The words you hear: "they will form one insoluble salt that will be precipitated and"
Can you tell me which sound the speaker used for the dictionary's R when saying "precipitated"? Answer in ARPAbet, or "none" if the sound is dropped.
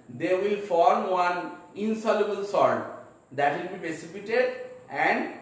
none